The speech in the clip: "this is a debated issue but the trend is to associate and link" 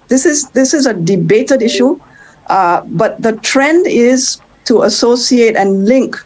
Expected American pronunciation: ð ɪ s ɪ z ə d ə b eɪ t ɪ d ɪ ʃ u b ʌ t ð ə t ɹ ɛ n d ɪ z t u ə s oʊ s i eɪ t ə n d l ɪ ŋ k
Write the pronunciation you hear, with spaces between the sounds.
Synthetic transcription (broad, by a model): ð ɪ s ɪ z ə d ə b eɪ t ɪ d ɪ ʃ u b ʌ t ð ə t ɹ ɛ n d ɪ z t u ə s oʊ s i eɪ t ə n l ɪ ŋ k